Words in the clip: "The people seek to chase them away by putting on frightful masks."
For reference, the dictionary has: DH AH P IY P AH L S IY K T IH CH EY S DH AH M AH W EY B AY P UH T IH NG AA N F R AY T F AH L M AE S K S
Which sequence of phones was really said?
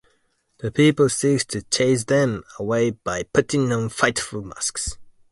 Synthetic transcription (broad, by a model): DH AH P IY P AH L S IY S T IH CH EY S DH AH M AH W EY B AY P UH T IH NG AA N F AY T F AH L M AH S K S